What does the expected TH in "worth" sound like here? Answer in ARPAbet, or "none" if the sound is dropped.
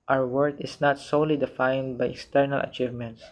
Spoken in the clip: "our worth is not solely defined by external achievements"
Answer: T